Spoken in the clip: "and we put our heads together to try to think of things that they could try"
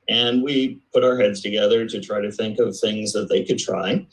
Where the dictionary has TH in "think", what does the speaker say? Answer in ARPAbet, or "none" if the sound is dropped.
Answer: TH